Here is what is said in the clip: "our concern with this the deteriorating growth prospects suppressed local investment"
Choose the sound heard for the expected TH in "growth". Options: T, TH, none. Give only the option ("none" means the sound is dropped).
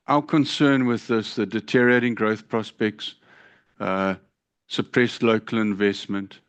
TH